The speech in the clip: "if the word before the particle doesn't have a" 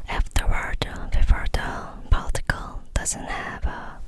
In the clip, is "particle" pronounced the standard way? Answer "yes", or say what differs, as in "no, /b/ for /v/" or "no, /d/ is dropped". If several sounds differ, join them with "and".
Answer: no, /l/ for /ɹ/